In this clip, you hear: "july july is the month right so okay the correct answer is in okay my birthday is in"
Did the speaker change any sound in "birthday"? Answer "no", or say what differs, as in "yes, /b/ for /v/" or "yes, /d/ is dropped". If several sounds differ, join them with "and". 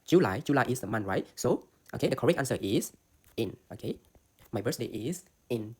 yes, /s/ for /θ/